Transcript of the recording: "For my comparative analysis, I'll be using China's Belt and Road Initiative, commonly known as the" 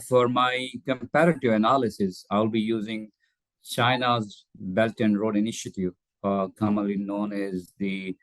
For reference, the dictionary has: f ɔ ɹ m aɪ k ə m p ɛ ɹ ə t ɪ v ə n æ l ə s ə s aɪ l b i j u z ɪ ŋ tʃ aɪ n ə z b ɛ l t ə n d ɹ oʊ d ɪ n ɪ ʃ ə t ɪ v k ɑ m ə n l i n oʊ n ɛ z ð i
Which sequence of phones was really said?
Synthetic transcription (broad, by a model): f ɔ ɹ m aɪ k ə m p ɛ ɹ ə t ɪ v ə n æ l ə s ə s aɪ l b i j u z ɪ ŋ tʃ aɪ n ə z b ɛ l t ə n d ɹ oʊ d ɪ n ɪ ʃ ə t ɪ v k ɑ m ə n l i n oʊ n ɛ z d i